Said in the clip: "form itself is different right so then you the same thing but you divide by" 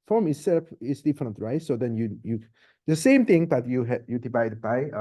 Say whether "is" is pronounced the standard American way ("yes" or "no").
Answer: no